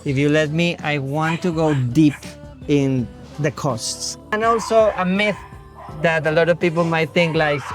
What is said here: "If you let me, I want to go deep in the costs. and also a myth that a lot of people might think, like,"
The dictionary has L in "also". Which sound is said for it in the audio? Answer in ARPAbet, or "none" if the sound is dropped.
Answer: L